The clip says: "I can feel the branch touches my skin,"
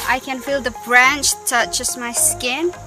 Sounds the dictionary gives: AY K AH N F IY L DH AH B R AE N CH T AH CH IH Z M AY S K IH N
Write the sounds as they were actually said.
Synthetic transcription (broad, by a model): AY K AH N F IY L DH AH B R AE N CH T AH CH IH S M AY S K IH N